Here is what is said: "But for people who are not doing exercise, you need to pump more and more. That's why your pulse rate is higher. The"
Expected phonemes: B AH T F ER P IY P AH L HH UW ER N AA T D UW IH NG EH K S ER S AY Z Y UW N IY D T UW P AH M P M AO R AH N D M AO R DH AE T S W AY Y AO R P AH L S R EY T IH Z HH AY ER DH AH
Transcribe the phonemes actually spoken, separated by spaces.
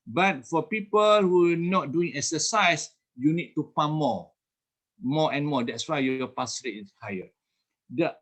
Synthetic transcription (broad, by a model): B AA T F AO P IY P AH L HH UW N AA T D UW IH NG EH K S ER S AY S Y UW N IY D T UW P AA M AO M AO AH N M AO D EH T S W AY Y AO P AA S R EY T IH S HH AY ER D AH